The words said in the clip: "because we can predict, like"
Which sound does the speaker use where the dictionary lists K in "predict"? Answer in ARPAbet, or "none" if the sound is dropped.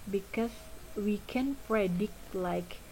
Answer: K